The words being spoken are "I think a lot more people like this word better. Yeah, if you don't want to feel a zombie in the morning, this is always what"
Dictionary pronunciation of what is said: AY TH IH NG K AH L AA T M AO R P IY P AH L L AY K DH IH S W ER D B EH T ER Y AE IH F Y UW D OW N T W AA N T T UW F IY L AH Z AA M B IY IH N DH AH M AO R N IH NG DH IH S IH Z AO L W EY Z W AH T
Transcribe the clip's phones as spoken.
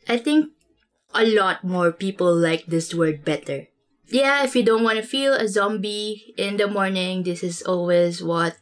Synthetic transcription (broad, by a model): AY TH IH NG K AH L AA T M AO R P IY P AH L L AY K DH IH S W ER D B EH T ER Y AE IH F Y UW D OW N T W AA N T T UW F IY L AH Z AA M B IY IH N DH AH M AO R N IH NG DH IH S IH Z AO L W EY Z W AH T